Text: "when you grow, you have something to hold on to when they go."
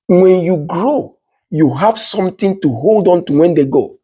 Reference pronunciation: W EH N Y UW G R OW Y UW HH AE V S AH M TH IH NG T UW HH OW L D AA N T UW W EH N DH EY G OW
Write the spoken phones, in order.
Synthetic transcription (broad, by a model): W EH N Y UW G R OW Y UW HH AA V S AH M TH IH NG T UW HH OW L D AA N T UW W EH N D EY G OW